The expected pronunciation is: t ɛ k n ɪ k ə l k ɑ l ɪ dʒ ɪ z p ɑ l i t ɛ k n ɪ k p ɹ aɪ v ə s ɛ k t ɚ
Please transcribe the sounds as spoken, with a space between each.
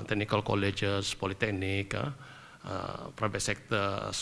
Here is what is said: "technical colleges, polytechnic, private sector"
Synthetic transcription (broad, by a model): t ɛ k n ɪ k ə l k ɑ l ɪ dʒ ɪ s p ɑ l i t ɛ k n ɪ k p ɹ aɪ b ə s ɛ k t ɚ